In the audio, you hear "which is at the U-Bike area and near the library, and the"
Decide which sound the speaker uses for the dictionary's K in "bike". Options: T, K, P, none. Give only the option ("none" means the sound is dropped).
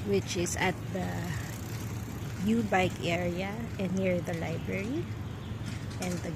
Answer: K